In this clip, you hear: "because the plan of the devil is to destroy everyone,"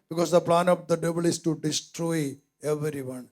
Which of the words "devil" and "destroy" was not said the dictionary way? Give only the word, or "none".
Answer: devil